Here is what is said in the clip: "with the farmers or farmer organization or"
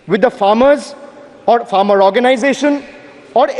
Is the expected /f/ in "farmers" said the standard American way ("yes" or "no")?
yes